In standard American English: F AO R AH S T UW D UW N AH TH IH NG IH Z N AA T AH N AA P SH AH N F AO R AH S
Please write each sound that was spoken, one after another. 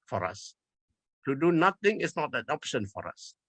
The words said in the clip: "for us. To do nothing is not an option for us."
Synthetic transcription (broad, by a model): F AO R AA S T UW D UW N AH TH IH NG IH S N AA T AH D AA P SH AH N F AO R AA S